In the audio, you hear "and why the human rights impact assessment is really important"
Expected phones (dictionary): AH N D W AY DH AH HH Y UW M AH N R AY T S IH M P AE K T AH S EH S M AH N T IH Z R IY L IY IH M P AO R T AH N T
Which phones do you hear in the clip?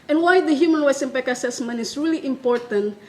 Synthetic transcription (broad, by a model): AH N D W AY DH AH HH Y UW M AH N W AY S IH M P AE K AH S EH S M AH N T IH S R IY L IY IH M P AO R T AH N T